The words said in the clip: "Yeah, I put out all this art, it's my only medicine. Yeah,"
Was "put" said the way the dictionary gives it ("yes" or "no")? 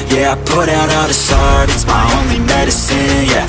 yes